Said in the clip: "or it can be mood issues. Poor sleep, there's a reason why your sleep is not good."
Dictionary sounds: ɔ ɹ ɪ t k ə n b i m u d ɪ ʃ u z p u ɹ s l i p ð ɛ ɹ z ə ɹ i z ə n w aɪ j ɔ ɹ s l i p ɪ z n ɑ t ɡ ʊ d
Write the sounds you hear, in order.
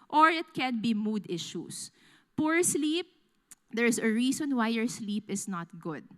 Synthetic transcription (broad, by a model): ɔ ɹ ɪ t k ə n b i m u d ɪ ʃ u s p u ɹ s l i p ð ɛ ɹ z ə ɹ i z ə n w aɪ j ɔ ɹ s l i p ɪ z n ɑ t ɡ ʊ d